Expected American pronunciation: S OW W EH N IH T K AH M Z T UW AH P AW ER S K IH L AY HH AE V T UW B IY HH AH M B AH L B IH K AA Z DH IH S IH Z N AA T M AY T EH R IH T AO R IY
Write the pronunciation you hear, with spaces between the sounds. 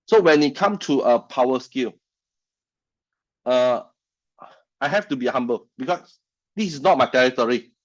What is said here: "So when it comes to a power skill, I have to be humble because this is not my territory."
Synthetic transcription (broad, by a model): S OW W EH N IH T K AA M T UW AH P AW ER S K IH L AY HH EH F T UW B IY HH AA M B AH L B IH K AA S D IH S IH S N AA T M AY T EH R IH T AO R IY